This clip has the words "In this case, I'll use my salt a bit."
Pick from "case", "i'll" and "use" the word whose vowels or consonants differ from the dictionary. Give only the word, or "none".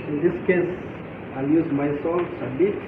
none